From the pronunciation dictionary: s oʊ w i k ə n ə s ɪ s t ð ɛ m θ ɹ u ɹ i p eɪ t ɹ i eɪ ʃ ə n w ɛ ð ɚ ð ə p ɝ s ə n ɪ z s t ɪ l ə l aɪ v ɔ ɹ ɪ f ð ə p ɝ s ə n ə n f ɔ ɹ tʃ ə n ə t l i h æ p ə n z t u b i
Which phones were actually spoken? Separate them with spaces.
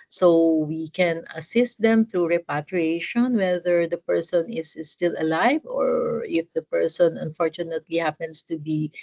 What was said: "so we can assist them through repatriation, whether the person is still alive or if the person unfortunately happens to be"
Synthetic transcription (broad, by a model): s oʊ w i k ə n ə s ɪ s t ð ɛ m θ ɹ u ɹ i p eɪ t ɹ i eɪ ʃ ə n w ɛ ð ɚ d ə p ɝ s ə n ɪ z s t ɪ l ə l aɪ v ɔ ɹ ɪ f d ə p ɝ s ə n ə n f ɔ ɹ tʃ ə n ə t l i h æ p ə n s t u b i